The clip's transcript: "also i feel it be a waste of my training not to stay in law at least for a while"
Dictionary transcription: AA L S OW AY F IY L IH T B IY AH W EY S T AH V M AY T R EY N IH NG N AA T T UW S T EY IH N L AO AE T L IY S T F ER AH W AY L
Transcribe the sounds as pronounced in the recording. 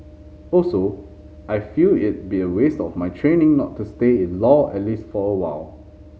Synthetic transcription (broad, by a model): AA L S OW AY F IY L IH T B IY AH W EY S T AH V M AY T R EY N IH NG N AA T T UW S T EY IH N L AO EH T L IY S T F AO AH W AY L